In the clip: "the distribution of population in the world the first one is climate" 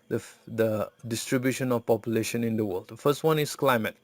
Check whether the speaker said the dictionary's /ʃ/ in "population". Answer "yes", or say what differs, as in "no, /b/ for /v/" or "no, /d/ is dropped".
yes